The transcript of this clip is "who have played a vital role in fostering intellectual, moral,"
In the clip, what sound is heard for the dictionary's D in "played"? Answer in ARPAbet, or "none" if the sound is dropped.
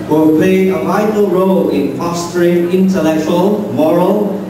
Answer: none